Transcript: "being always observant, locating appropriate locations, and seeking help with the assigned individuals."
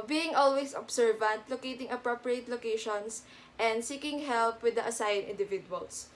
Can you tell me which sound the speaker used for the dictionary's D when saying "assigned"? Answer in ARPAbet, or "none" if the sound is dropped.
none